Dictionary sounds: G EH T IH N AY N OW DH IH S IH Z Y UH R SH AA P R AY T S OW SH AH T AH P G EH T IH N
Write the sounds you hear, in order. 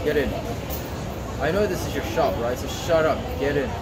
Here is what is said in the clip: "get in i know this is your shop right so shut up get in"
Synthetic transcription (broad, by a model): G EH T IH N AY N OW DH IH S IH Z Y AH R SH AA P R AY T S OW SH AH T AH P G EH T IH N